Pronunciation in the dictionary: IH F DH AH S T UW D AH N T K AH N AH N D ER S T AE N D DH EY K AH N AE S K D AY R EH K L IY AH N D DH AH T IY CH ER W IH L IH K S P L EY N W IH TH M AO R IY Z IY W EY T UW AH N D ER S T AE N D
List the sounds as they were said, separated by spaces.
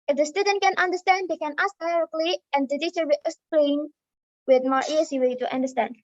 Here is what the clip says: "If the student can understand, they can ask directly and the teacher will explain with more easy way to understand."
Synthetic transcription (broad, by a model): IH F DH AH S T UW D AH N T K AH N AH N D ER S T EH N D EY K AH N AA S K D AY R EH K L IY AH N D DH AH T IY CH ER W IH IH S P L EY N W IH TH M AO R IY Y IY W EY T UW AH N D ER S T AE N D